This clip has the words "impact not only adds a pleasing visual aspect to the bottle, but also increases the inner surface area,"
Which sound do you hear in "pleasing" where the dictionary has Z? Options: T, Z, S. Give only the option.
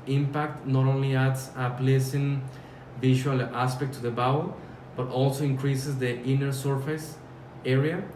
S